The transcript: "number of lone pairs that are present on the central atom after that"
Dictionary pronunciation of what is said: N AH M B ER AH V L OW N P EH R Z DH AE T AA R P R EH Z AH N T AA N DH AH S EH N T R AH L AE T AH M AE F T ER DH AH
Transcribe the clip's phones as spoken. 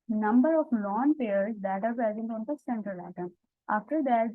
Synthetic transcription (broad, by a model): N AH M B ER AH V L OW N P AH R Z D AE T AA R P EH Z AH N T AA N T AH S EH N T R AH L AE T AH M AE F T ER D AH